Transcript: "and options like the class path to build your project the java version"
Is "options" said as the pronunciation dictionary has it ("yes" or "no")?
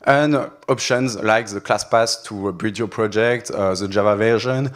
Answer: yes